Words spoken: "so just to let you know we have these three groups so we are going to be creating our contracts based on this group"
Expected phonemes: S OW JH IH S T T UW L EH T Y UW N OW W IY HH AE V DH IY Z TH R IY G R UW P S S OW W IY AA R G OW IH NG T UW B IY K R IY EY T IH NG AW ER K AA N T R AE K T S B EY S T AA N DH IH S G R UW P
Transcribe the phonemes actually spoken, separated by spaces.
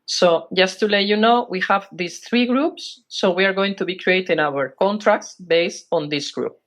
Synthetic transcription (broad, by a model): S OW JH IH S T T UW L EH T Y UW N OW W IY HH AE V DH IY S TH R IY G R UW P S S OW W IY AA R G OW IH NG T UW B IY K R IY EY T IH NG AW ER K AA N T R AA K T S B EY S T AA N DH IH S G R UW P